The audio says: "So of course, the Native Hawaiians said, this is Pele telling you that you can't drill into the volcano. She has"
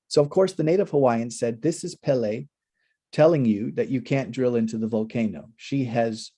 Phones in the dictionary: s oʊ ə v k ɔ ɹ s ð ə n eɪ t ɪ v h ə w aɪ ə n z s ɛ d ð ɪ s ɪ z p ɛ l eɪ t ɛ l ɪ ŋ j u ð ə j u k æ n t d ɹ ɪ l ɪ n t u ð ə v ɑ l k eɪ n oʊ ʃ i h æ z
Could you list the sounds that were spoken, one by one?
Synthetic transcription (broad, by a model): s oʊ ə v k ɔ ɹ s ð ə n eɪ t ɪ v h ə w aɪ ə n s ɛ d ð ɪ s ɪ z p ɛ l eɪ t ɛ l ɪ ŋ j u ð ə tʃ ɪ k æ n d ɹ ɪ l ɪ n t u ð ə v ɑ l k eɪ n oʊ ʃ i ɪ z